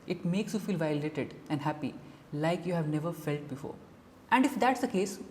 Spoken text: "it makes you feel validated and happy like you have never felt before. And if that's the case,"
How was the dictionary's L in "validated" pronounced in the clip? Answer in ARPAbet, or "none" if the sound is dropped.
none